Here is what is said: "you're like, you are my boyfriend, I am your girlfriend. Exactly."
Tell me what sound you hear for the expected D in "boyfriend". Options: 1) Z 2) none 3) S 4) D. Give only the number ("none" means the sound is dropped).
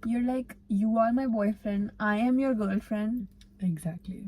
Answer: 4